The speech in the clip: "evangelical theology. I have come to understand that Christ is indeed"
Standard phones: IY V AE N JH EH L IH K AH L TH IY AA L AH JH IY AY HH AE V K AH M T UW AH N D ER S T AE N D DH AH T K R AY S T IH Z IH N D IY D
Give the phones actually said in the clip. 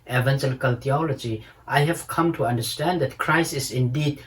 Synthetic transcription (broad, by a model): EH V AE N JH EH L K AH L T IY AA L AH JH IY AY HH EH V K AH M T UW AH N D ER S T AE N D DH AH T K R AY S IH S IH N D IY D